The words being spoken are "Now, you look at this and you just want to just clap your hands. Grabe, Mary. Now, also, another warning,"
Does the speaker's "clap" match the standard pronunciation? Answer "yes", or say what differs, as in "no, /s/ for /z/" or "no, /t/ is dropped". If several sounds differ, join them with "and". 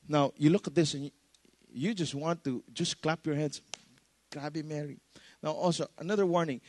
yes